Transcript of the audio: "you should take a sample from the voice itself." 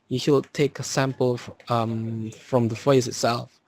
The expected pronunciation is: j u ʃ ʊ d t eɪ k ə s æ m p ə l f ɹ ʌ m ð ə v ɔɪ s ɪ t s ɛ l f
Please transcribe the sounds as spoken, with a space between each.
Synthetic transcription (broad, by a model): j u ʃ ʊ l t eɪ k ə s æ m p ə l f ɹ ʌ m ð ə f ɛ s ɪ t s ɛ l f